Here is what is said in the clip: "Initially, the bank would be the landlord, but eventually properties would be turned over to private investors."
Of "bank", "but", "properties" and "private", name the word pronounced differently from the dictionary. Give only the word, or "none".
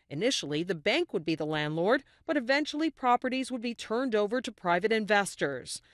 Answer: none